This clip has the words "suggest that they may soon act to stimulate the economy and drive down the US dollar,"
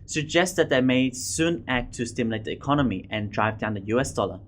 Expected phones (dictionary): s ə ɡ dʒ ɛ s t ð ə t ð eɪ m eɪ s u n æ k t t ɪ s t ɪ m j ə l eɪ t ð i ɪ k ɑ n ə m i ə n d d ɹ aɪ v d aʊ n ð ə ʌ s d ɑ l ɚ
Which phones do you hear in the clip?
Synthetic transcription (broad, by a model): s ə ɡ dʒ ɛ s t ð ə t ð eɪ m eɪ s u n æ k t t ɪ s t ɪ m j l eɪ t ð i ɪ k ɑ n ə m i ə n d d ɹ aɪ v d aʊ n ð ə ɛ s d ɑ l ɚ